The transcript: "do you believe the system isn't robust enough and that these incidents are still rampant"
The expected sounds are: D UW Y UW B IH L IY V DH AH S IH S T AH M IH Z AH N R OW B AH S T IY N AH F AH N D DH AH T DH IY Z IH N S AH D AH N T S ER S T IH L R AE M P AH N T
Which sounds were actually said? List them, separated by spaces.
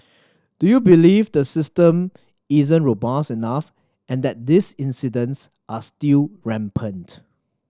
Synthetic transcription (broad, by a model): D UW Y UW B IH L IY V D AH S IH S T AH M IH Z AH N R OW B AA S IY N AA F AH N D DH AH T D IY S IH N S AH D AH N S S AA S T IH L R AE M P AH N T